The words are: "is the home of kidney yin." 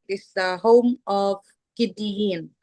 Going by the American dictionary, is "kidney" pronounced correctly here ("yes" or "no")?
no